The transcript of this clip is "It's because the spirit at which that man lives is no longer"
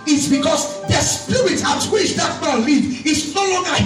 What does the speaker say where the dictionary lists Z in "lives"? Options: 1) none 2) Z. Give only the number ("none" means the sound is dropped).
1